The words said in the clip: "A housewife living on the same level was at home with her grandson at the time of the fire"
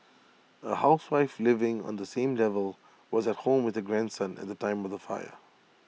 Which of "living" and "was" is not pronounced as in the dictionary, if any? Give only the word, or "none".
none